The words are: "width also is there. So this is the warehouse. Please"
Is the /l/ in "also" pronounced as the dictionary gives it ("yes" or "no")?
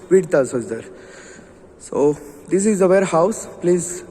no